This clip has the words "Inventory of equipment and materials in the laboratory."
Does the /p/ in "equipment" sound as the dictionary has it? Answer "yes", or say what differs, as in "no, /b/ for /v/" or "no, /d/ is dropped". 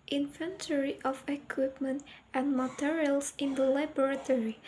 yes